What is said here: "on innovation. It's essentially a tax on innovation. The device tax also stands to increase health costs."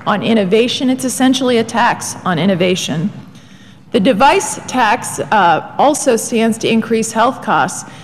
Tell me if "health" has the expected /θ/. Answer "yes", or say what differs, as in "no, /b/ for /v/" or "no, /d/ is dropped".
yes